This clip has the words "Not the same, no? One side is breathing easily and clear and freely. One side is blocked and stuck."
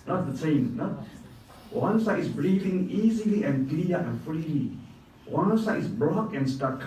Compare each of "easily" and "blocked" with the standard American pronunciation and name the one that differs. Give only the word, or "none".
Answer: blocked